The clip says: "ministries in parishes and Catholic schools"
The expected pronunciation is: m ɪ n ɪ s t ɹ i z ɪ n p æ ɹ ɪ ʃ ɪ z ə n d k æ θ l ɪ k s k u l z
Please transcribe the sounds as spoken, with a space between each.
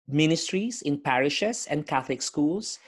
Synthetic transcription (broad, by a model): m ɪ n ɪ s t ɹ i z ɪ n p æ ɹ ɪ ʃ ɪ s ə n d k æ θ l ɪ k s k u l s